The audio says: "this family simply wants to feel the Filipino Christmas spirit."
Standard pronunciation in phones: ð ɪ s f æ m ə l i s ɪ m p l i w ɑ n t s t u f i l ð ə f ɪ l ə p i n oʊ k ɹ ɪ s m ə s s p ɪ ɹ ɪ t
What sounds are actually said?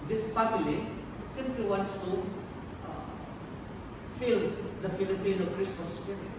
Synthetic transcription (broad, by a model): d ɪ s p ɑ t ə l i s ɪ m p l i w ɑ n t s t u f i l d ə f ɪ l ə p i n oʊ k ɹ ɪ s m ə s s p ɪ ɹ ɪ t